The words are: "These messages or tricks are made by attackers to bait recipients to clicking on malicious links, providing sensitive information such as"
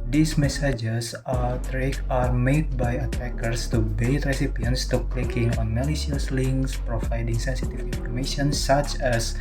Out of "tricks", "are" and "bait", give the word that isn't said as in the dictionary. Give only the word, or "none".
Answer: tricks